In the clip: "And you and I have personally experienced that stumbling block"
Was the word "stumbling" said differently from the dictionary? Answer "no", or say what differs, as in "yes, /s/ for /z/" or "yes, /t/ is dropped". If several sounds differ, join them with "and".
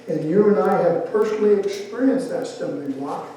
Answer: yes, /b/ is dropped